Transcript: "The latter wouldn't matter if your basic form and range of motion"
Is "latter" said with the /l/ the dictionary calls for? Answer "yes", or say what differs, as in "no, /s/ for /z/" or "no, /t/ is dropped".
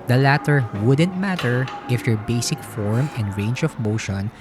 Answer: yes